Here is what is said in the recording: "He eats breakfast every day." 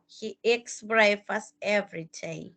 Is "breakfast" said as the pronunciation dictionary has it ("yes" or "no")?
no